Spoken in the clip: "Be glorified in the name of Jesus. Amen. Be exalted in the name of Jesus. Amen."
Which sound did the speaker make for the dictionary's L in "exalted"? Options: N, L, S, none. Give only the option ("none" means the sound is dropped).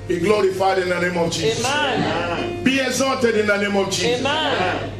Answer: none